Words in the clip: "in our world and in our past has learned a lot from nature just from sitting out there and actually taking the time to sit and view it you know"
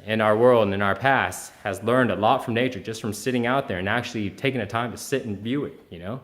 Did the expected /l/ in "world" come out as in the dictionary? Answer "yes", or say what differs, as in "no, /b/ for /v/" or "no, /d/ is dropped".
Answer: yes